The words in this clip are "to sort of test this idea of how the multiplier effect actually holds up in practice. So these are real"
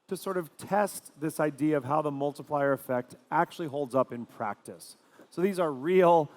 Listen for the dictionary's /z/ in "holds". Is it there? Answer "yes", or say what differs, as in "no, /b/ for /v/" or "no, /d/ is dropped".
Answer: yes